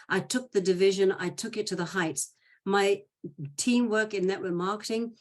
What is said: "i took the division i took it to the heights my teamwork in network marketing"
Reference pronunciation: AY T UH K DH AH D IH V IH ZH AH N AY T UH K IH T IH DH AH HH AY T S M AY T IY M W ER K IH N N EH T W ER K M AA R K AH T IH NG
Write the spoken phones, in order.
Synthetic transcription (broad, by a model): AY T UH K DH AH D IH V IH ZH AH N AY T UH K IH T IH DH AH HH AY T S M AY T IY M W ER K IH N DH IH T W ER M AA R K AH T IH NG